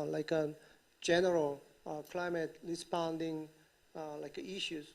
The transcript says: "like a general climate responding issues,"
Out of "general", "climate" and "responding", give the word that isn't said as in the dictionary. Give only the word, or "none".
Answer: responding